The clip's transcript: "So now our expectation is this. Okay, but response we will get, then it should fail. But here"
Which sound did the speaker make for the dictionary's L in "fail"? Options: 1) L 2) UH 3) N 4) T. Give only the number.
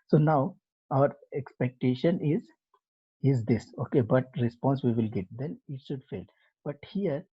1